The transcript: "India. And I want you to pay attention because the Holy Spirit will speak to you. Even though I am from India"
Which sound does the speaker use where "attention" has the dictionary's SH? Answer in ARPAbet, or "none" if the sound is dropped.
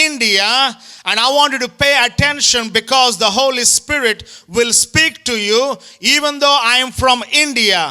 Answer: SH